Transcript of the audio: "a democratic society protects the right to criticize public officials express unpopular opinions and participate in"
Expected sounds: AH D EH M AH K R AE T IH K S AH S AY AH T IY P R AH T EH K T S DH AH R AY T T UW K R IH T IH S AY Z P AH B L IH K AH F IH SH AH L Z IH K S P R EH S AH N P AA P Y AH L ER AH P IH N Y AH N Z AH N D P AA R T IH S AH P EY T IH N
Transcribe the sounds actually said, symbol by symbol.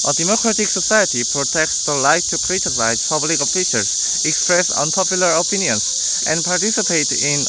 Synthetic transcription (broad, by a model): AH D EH M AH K R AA T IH K S AH S AY AH T IY P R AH T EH K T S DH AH L AY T T UW K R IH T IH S AY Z P AH B L IH K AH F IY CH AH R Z IH K S P R EH S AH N P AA P Y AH L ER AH P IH N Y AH N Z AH N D P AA R T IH S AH P EY T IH N